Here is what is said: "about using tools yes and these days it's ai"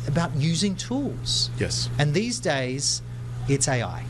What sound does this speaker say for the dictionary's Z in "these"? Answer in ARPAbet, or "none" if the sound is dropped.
Z